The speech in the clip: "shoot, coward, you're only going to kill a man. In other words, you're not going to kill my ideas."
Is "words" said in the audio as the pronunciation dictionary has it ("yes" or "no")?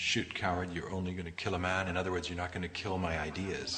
yes